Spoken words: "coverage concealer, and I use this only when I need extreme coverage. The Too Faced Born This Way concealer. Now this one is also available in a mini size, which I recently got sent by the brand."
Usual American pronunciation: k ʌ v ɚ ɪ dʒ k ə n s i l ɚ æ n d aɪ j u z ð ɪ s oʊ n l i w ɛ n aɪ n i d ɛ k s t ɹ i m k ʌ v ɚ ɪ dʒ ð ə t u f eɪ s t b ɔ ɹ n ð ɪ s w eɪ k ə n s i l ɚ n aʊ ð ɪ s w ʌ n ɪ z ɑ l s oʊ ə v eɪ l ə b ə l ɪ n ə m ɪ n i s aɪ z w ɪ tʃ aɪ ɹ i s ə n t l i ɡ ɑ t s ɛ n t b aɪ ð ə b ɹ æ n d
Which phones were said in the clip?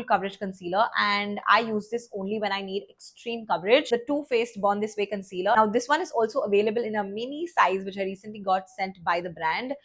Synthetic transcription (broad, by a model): k ʌ v ɚ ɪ dʒ k ə n s i l ɚ æ n d aɪ j u z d ɪ s oʊ n l i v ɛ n aɪ n i d ɛ k s t ɹ i m k ʌ v ɚ ɪ dʒ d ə t u f eɪ s t b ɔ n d ɪ s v eɪ k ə n s i l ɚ n aʊ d ɪ s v ʌ n ɪ z ɑ l s oʊ ə v eɪ l ə b ə l ɪ n ə m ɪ n i s aɪ z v ɪ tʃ aɪ ɹ i s ə n t l i ɡ ɑ t s ɛ n t b aɪ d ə b ɹ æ n d